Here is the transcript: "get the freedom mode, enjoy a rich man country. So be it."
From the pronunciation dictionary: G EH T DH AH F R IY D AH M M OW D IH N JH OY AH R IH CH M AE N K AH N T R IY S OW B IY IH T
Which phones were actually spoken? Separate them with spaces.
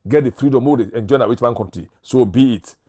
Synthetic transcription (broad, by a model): G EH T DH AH F R IY D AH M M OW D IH N JH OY AH W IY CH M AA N K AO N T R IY S OW B IY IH T